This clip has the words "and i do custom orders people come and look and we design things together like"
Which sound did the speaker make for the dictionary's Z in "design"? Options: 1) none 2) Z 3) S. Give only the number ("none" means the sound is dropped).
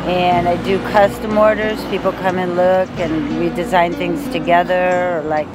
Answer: 2